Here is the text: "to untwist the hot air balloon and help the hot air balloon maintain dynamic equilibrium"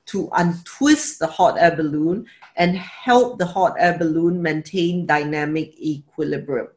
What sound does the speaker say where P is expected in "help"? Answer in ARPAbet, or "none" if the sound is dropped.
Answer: P